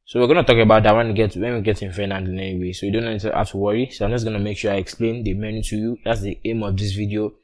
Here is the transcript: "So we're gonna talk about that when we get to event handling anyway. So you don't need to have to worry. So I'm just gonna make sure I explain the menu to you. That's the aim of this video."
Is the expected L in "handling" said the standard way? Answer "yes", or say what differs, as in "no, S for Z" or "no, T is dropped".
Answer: no, L is dropped